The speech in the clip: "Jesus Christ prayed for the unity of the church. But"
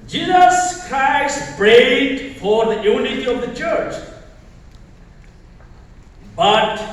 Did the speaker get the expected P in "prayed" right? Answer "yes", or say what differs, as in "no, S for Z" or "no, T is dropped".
no, B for P